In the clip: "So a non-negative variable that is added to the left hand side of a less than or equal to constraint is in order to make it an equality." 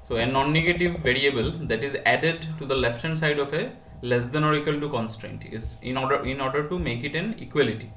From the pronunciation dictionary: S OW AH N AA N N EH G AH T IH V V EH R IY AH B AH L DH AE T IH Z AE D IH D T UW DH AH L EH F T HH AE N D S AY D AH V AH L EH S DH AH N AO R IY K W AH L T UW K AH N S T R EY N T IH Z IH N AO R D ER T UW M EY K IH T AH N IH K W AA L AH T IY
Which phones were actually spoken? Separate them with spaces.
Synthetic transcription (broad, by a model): S OW AH N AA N N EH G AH T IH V V EH R IY AH B AH L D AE T IH Z AE D IH D T UW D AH L EH F T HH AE N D S AY D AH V AH L EH S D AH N AO R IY K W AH L T UW K AH N S T R EY N T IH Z IH N AO R D ER T UW M EY K IH T AH N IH K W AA L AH T IY